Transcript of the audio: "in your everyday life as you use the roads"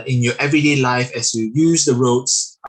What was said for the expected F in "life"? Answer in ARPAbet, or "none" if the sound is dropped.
F